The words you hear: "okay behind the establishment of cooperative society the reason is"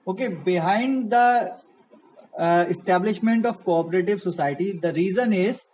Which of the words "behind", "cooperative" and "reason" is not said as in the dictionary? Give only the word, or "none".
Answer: none